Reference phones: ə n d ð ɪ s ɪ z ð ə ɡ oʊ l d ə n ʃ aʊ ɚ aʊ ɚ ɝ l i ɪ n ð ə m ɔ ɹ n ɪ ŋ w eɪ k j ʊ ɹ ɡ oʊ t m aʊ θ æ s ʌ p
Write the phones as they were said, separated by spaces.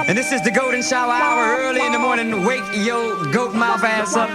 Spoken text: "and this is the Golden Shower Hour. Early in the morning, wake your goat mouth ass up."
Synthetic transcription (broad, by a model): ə n ð ɪ s ɪ z ð ə ɡ oʊ l d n ʃ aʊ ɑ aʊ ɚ ɝ l i ɪ n ð ə m ɔ ɹ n ɪ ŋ w eɪ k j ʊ l ɡ oʊ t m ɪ f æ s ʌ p